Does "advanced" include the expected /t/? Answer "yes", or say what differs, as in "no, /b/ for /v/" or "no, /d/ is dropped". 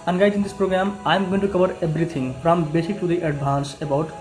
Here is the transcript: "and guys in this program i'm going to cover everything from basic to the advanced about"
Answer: no, /t/ is dropped